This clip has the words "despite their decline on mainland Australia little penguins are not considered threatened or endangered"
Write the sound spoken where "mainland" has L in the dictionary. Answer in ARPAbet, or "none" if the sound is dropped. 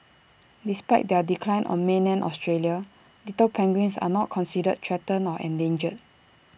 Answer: none